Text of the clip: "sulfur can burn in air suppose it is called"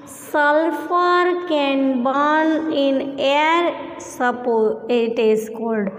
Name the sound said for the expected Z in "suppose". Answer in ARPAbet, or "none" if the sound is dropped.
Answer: none